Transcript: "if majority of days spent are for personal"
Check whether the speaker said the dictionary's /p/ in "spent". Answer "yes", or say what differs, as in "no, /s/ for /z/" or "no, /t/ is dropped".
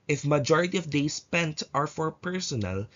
yes